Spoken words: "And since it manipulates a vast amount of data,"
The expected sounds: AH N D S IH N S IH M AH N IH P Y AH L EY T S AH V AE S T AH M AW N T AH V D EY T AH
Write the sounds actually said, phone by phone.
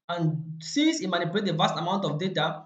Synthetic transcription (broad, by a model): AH N S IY S IH M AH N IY P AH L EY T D AH V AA S T AH M AW N T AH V D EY T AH